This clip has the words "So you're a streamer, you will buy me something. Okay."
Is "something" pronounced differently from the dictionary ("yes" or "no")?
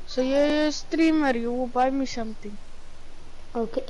yes